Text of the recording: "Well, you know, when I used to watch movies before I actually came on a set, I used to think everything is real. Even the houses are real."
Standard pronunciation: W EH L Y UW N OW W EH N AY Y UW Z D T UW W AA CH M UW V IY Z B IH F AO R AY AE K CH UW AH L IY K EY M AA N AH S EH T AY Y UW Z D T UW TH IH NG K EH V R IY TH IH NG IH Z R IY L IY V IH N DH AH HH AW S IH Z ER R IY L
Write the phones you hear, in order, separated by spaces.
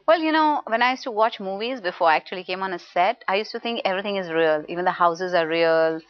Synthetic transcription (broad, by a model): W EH L Y UW N OW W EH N AY Y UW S T UW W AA CH M UW V IY Z B IH F AO R AY AE K CH UW AH L IY K EY M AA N AH S EH T AY Y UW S T UW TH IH NG K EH V R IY T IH NG IH Z R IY L IY V IH N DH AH HH AW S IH Z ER R IY L